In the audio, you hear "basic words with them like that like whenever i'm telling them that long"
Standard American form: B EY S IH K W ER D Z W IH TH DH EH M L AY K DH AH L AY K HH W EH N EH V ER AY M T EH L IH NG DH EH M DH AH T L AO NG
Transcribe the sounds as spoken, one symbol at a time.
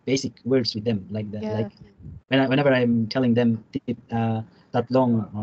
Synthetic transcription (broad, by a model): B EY S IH K W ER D S W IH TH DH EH M L AY K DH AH L AY K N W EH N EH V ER AY M T EH L IH NG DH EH M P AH T L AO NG